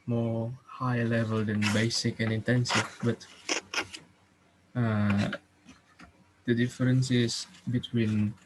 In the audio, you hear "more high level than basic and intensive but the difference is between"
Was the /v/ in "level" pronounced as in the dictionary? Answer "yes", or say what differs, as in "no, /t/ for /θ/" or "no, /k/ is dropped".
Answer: yes